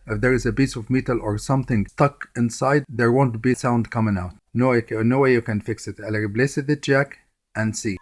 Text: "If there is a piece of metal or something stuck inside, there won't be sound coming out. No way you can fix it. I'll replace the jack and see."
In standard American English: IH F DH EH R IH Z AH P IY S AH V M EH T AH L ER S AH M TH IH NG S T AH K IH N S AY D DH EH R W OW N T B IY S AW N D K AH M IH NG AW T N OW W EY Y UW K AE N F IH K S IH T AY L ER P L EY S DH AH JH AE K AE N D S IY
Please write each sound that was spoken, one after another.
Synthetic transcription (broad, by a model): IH F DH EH R IH Z AH B IY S AH V M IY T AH L ER S AH M TH IH NG S T AH K IH N S AY D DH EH R W OW N T B IY S AW N D K AH M IH NG AW T N OW W EY Y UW K AE N F IH K S IH T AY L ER B L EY S DH AH JH AE K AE N D S IY